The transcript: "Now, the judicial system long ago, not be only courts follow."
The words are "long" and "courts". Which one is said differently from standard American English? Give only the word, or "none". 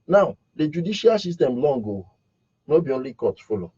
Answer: courts